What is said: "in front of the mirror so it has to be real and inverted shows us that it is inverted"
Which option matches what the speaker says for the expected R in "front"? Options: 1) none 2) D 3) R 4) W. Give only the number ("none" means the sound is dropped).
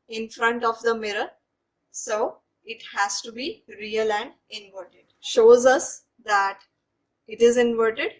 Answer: 3